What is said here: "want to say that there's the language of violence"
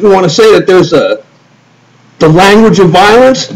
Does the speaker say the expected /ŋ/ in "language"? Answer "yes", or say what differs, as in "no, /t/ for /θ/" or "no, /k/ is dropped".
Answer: yes